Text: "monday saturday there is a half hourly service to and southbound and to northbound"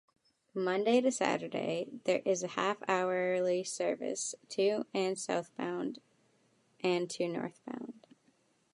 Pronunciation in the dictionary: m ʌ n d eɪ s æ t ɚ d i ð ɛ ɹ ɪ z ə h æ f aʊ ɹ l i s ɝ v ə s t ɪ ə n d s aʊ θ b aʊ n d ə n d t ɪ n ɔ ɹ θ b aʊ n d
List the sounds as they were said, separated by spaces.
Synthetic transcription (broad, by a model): m ʌ n d eɪ s æ t ɚ d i ð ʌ ɹ ɪ z ə h æ f aʊ ɹ l i s ɝ v ə s t ɪ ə n s aʊ θ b aʊ n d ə n t ɪ n ɔ ɹ θ b aʊ n d